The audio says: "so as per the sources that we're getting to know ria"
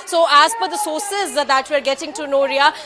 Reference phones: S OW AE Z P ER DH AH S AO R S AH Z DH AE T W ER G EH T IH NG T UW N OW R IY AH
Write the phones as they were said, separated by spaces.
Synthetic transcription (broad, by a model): S OW AE Z F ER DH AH S AO R S AH Z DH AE T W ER G EH T IH NG T UW N OW R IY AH